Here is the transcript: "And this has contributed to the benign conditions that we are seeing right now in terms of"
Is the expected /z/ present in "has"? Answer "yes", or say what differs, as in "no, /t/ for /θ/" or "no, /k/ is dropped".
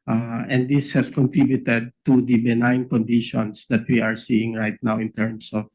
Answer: no, /s/ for /z/